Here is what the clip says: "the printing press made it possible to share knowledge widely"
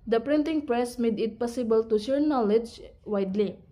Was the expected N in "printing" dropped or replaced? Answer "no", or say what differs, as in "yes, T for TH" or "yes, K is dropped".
no